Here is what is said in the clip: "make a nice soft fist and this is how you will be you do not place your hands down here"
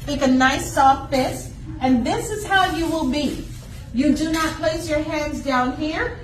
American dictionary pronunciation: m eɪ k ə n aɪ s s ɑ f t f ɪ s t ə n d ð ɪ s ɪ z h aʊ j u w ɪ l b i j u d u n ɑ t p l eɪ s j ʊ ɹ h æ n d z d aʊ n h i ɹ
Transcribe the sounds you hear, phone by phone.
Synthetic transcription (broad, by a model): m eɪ k ə n aɪ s s ɑ f t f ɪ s ə n ð ɪ s ɪ z h aʊ j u w ɪ l b i j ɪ d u n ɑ t p l eɪ s j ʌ ɹ h æ n d z d aʊ n h i ɹ